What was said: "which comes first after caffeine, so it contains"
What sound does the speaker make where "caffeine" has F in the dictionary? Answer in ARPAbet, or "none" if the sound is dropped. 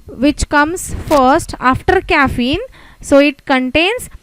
F